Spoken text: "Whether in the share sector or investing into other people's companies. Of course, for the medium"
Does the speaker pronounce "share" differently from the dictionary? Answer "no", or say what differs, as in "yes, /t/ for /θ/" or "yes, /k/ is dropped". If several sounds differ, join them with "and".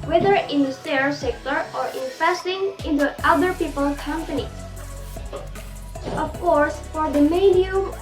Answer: yes, /s/ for /ʃ/